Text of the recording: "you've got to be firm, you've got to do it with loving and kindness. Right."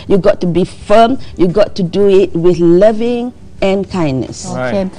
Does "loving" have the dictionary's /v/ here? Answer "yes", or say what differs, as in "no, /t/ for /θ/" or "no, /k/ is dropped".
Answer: yes